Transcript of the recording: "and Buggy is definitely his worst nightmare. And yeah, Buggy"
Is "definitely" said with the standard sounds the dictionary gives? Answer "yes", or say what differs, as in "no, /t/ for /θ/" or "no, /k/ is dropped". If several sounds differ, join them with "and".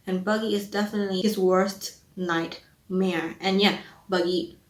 yes